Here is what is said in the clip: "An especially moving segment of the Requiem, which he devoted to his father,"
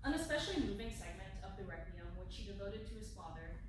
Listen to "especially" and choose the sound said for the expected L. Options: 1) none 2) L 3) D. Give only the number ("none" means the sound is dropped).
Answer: 2